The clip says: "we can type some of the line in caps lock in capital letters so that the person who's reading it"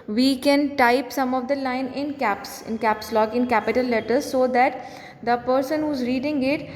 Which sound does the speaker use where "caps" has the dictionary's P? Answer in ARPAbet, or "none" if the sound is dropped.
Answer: P